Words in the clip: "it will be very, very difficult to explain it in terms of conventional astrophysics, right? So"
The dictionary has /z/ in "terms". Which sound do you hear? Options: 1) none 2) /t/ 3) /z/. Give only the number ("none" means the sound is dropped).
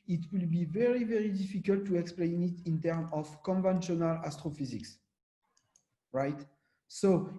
1